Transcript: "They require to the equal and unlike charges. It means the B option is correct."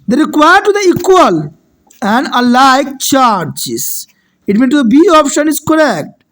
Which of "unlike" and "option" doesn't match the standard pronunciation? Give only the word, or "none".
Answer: unlike